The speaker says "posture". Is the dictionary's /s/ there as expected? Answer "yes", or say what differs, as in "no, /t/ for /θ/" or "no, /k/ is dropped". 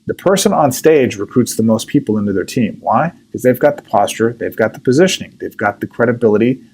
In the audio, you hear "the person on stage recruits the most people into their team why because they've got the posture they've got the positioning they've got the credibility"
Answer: yes